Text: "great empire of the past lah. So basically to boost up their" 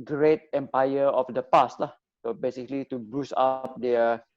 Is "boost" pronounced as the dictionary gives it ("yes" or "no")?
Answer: no